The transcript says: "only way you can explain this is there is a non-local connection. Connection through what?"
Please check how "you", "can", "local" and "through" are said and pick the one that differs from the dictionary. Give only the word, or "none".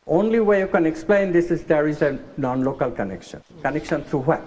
through